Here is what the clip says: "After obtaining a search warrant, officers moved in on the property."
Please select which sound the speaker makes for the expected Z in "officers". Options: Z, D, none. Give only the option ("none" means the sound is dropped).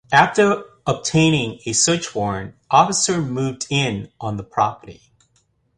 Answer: none